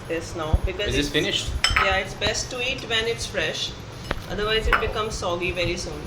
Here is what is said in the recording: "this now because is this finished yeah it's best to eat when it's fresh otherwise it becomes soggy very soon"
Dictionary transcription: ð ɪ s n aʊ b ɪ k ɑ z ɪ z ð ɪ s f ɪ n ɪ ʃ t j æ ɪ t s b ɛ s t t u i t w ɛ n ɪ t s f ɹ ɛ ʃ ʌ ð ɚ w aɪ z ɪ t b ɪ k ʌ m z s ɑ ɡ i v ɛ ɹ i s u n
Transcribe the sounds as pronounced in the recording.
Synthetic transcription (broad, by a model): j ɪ s n aʊ b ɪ k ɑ ɪ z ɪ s f ɪ n ɪ ʃ t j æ ɪ t s b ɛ s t t u i t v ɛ n ɪ t s f ɹ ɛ ʃ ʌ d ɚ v aɪ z ɪ t b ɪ k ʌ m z s ɑ ɡ i v ɛ ɹ i s u n